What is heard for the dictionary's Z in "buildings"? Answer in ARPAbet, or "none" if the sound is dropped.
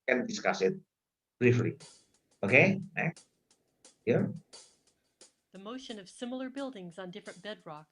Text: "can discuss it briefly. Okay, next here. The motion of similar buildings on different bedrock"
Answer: Z